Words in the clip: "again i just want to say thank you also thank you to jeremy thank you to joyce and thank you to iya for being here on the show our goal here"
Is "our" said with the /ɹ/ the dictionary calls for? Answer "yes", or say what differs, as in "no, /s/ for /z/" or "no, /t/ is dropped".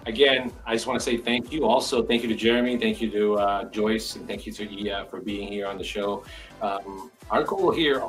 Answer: yes